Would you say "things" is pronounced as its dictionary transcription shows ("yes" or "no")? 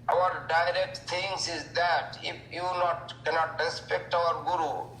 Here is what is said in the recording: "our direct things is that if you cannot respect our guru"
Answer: no